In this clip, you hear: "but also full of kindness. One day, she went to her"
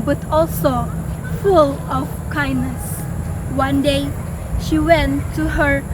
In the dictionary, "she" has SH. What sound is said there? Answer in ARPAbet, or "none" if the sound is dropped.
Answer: SH